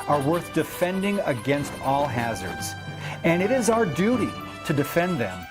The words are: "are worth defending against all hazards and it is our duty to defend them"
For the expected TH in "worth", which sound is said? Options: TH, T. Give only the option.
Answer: TH